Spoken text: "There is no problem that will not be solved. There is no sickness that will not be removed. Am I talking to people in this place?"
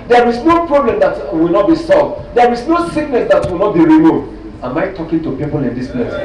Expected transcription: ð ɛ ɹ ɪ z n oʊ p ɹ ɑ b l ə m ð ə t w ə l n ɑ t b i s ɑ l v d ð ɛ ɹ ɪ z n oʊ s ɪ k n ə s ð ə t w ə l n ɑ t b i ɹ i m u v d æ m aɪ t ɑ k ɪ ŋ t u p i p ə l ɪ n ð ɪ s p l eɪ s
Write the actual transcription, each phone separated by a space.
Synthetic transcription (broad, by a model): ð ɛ ɹ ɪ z n oʊ p ɹ ɑ b l ə m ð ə t w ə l n ɑ t b i s ɑ l v d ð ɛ ɹ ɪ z n oʊ s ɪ k n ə s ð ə t w ə l n ɑ t b i ɹ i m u d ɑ m aɪ t ɑ k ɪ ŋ t u p i p ə l ɪ n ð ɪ s p l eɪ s